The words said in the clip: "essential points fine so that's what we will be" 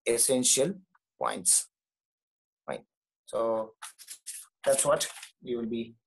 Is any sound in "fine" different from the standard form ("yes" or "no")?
yes